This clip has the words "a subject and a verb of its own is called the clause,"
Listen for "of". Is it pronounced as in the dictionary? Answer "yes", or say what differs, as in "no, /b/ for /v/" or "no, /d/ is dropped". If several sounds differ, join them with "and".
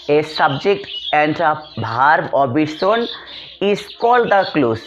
no, /b/ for /v/